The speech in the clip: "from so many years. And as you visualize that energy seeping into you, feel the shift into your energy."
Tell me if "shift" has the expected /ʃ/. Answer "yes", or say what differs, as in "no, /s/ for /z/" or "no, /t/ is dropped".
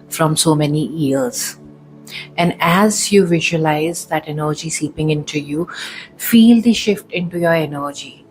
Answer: yes